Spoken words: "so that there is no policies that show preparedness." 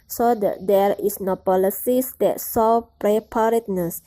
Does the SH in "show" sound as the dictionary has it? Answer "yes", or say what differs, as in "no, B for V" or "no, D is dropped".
no, S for SH